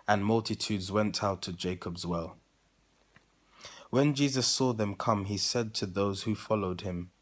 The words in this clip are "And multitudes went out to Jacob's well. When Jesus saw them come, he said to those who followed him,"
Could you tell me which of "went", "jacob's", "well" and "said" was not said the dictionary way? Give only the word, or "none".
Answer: none